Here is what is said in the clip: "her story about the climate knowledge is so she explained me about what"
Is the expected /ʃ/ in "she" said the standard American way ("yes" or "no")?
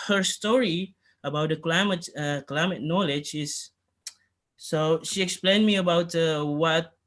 yes